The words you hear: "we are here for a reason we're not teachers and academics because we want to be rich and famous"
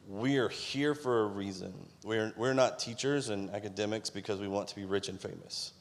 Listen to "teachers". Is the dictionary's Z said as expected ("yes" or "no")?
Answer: yes